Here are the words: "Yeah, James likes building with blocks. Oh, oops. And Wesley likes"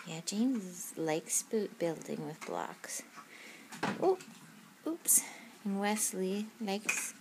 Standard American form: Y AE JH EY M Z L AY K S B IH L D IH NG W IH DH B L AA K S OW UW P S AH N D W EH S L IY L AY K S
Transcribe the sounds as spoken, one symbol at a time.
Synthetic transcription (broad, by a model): Y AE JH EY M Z L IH K S B IH L D IH NG W IH DH B L AA K S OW UW P S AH N W EH S L IY L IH K S